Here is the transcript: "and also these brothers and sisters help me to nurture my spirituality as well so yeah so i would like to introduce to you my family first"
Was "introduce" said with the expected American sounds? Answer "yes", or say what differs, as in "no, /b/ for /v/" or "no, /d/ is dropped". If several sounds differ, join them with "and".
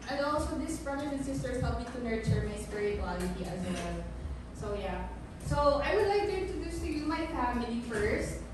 no, /ɹ/ is dropped